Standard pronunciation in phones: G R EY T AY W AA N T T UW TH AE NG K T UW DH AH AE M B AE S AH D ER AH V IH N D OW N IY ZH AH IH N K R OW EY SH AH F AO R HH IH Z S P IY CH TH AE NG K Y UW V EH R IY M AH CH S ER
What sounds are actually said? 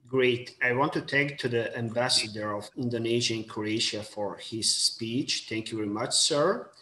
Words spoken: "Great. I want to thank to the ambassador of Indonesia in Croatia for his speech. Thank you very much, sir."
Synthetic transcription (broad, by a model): G R EY T AY W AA N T T UW T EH K T UW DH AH AE M B AE S AH D ER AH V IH N D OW N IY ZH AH IH N K R OW EY SH AH F AO R HH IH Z S P IY CH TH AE NG K Y UW V EH R IY M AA CH S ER